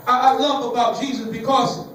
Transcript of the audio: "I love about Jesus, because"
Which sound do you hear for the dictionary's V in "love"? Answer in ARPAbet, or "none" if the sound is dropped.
none